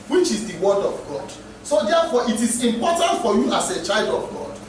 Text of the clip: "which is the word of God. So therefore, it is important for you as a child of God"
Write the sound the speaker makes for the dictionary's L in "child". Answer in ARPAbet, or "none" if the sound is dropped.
L